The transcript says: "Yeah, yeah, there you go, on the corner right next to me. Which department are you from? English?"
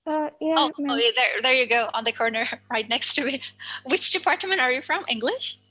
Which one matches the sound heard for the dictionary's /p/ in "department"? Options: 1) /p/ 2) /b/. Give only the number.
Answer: 1